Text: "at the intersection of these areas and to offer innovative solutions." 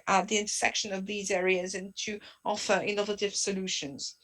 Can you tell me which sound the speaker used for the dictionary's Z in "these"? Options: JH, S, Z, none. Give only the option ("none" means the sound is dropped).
Z